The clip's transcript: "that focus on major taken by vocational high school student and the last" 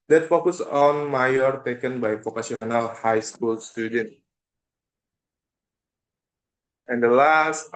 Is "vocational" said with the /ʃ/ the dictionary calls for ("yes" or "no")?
no